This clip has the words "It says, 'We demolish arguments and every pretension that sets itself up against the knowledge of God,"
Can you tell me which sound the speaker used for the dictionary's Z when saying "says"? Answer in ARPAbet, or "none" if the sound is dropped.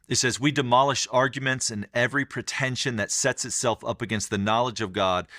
Z